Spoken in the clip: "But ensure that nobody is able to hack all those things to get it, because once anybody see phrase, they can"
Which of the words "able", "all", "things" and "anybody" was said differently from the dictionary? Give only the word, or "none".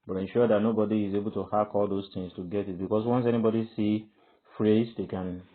things